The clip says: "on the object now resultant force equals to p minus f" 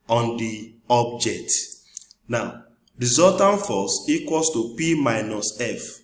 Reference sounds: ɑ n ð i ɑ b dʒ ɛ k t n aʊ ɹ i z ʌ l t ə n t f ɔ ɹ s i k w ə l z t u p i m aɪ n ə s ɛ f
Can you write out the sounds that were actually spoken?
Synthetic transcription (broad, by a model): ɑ n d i ɑ b dʒ ɛ k t n aʊ ɹ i z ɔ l t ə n f ɔ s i k w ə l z t u p i m aɪ n ə s ɛ f